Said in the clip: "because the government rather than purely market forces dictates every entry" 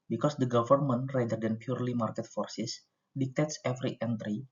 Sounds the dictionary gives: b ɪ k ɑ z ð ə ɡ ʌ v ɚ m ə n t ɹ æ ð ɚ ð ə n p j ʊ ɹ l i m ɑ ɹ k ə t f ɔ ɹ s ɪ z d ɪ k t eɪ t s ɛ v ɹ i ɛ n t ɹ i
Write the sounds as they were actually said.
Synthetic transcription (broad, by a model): b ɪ k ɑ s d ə ɡ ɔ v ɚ m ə n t ɹ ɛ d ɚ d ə n p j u ɹ l i m ɑ ɹ k ə t f ɔ ɹ s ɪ s d ɪ k t eɪ t s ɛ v ɹ i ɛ n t ɹ i